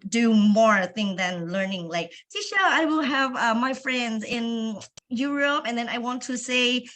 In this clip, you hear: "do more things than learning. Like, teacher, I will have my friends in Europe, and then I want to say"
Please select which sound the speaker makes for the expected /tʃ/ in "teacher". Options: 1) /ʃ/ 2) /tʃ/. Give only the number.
1